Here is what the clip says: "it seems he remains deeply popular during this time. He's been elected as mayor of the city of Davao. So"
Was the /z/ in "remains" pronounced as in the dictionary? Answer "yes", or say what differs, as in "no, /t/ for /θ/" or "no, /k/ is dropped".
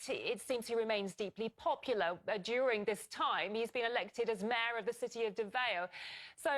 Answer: yes